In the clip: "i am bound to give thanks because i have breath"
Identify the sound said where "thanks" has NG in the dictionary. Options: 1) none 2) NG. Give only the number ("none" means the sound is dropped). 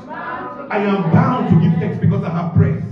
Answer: 1